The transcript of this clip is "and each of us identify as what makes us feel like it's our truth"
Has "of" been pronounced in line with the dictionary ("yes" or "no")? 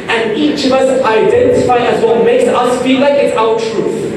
yes